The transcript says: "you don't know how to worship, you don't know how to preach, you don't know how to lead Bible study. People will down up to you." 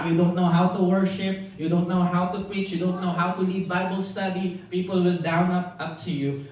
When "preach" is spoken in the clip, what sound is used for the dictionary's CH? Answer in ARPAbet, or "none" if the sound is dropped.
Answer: CH